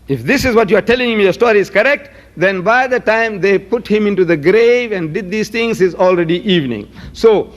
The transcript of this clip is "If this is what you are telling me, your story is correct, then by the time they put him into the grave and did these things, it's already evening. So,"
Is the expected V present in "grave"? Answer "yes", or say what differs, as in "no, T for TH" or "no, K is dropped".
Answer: yes